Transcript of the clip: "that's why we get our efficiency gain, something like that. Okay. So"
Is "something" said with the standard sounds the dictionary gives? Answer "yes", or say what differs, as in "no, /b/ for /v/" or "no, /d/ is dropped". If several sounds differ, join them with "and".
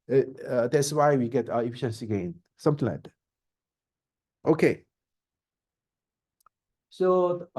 no, /t/ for /θ/